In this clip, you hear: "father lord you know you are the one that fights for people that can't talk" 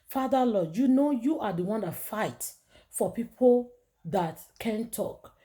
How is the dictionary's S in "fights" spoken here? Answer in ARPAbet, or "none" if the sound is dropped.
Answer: none